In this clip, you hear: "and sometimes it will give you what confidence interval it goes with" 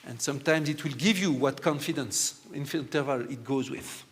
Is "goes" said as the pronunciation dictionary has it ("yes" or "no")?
yes